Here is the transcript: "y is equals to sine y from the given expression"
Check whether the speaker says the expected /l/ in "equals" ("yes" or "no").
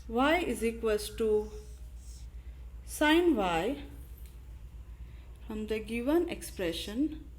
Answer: no